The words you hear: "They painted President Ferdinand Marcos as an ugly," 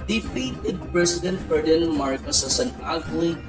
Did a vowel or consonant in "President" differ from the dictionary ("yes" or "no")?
yes